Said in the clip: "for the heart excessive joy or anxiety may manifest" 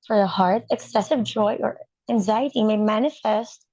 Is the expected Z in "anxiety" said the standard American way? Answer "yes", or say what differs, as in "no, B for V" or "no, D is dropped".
yes